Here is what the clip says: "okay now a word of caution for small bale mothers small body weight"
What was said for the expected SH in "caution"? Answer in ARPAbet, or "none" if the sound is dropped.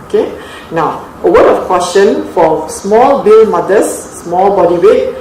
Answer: S